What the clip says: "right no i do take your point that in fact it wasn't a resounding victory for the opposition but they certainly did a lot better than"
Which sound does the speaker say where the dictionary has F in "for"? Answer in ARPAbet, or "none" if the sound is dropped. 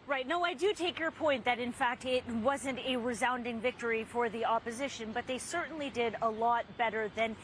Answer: F